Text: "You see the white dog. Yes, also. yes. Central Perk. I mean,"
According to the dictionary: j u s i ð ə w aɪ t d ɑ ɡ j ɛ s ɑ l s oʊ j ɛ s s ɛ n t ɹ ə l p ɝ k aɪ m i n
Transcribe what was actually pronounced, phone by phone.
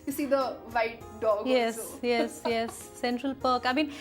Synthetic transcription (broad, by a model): j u s i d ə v aɪ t d ɑ ɡ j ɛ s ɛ s j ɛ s s ɛ n t ɹ ə l p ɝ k aɪ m i n